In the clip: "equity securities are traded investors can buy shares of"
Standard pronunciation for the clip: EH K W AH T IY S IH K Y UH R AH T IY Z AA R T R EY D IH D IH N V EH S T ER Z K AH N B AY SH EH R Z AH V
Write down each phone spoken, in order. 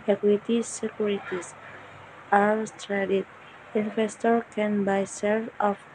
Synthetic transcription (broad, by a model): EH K W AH T IY S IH K Y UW R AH T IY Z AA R T R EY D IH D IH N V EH S T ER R K AH N B AY S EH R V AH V